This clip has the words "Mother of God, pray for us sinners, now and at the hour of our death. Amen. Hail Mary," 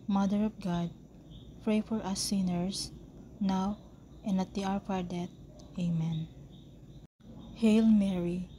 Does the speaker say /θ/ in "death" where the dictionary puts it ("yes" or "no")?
no